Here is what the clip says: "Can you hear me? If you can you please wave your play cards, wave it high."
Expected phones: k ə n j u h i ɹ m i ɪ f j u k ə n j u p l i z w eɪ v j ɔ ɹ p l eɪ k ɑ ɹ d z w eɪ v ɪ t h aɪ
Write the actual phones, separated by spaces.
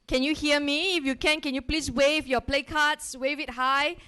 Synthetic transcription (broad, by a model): k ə n j u h i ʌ m i ɪ f j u k ə n j u p l i s w eɪ v j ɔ p l eɪ k ɑ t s w eɪ v ɪ t h aɪ